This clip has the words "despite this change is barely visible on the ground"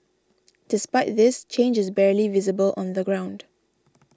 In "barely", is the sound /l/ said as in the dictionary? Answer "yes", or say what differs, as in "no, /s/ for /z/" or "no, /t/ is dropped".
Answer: yes